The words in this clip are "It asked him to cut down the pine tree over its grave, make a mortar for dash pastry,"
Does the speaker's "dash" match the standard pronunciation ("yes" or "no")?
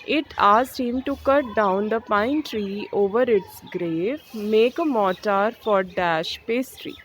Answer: yes